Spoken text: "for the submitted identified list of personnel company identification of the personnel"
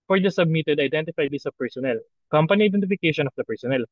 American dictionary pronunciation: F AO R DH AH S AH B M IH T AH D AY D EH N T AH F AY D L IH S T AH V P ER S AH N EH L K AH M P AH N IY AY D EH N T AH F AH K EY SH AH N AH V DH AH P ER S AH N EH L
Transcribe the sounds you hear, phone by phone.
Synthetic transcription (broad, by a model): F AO R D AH S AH B M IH T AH D AY D EH N T AH F AY D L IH S AH P ER S AH N EH L K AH M P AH N IY AY D EH N T AH F AH K EY SH AH N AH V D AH P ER S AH N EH L